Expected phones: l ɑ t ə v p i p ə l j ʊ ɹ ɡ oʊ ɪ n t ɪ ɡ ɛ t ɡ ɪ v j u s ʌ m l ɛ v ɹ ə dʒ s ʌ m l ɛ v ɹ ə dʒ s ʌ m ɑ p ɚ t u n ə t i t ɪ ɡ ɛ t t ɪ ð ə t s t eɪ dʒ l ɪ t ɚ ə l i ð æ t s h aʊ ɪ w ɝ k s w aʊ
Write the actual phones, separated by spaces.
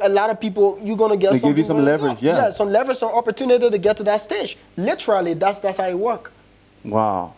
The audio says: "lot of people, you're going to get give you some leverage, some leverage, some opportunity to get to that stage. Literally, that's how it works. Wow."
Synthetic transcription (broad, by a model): l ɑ t ə v p i p l j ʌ ɡ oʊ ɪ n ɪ ɡ ɛ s ɡ ɪ v j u s ʌ m l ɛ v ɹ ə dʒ s ʌ m l ɛ v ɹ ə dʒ s ʌ m ɑ p ɚ t u n ə t i t ɪ ɡ ɛ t t ɪ ð ə t s t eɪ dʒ l ɪ t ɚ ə l i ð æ t s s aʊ ɪ w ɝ k w aʊ